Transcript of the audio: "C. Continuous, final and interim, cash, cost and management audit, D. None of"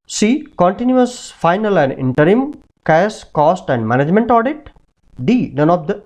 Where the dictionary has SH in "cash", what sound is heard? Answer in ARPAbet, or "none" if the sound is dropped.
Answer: S